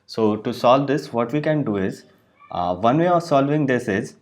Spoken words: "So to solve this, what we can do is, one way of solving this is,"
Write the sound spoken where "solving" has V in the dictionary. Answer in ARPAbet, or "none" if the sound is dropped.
V